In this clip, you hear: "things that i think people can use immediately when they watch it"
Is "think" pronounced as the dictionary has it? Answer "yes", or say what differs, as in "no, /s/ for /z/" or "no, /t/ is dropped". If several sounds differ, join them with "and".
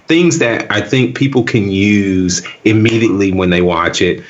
yes